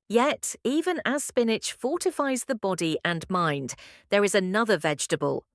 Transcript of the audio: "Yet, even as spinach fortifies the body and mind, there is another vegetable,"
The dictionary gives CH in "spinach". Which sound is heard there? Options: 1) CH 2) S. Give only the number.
1